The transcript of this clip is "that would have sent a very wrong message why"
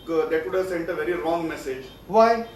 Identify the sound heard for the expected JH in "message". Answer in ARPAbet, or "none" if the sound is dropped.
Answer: JH